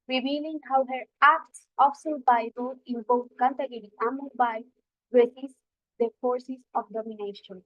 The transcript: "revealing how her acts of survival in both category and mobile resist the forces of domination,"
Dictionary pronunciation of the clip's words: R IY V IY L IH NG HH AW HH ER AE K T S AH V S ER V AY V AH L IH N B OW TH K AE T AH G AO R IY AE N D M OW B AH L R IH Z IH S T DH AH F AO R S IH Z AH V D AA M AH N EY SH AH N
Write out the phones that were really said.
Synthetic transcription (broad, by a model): R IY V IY L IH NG HH AW HH ER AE K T S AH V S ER B AY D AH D IH N B OW T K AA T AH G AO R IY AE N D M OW B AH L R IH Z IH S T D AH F AO R S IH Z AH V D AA M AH N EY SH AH N